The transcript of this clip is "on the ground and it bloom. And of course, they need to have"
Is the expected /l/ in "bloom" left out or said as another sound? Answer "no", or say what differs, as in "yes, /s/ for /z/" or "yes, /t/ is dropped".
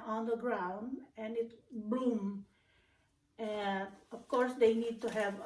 yes, /l/ is dropped